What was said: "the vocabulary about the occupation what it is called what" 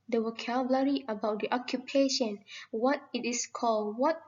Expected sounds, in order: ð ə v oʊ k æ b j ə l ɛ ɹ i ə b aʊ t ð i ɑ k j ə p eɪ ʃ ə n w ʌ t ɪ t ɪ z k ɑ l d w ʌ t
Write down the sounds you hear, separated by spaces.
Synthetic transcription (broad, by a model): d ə w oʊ k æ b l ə ɹ i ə b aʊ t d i ɑ k j ə p eɪ ʃ ə n w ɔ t ɪ t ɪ s k ɑ l d w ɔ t